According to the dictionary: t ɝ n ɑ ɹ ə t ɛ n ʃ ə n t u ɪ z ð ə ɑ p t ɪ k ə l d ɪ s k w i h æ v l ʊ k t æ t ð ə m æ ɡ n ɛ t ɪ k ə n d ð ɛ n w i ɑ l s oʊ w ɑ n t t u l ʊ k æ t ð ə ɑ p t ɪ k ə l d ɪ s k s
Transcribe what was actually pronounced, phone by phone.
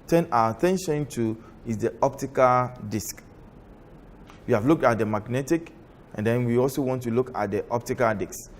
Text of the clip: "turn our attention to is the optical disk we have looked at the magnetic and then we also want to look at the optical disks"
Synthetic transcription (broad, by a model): t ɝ n ɑ w ə t ɛ n ʃ ə n t u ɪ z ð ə ɑ p t ɪ k ə l d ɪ s k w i h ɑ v l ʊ k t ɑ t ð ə m æ ɡ n ɛ t ɪ k ə n d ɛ n w i ɑ l s oʊ w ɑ n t t u l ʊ k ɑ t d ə ɑ p t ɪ k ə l d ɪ k s